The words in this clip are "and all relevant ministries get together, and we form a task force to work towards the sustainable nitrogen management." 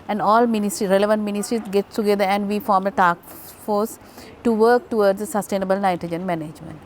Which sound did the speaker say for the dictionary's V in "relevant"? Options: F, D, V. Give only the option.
V